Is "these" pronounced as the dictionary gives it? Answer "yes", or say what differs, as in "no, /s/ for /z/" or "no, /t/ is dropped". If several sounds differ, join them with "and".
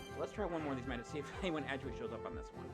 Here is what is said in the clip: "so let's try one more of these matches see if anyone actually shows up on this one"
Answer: yes